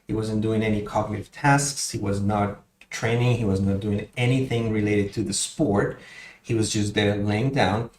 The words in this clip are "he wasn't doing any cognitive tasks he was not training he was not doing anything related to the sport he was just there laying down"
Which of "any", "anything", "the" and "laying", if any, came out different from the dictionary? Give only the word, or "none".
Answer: none